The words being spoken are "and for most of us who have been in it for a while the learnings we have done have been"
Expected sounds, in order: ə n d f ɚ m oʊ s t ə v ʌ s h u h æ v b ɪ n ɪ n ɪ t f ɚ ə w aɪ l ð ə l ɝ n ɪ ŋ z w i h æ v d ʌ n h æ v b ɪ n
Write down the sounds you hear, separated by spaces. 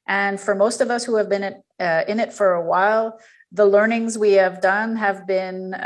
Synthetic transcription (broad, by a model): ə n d f ɚ m oʊ s t ə v ʌ s h u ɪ v b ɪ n ɪ n ɪ t f ɚ ə w aɪ l ð ə l ɝ n ɪ ŋ z w i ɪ v d ʌ n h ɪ v b ɪ n